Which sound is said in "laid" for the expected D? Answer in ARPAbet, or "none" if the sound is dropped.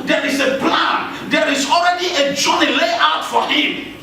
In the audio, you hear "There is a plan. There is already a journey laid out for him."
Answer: none